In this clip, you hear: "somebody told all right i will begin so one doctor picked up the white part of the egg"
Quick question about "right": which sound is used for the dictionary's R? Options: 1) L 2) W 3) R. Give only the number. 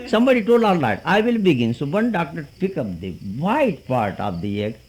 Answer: 1